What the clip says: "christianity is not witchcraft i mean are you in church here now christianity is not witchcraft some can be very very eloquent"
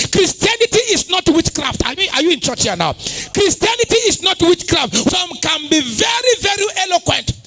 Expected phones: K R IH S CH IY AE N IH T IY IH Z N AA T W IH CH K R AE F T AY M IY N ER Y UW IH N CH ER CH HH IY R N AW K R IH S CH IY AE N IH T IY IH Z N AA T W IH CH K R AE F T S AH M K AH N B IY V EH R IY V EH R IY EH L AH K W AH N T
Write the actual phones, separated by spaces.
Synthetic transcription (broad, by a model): K R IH S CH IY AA N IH T IY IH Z N AA T W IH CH K R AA F T AY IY AA Y UW IH N CH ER CH HH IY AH N AW K R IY S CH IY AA N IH T IY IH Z N AA T W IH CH K R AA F T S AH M K AH N B IY V EH R IY V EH R IY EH L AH K W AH N T